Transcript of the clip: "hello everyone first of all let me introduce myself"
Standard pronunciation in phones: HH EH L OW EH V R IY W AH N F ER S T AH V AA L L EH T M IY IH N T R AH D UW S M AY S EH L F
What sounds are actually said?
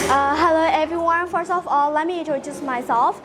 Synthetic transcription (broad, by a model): HH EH L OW EH V R IY W AH N F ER S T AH F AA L L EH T M IY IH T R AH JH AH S M AY S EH L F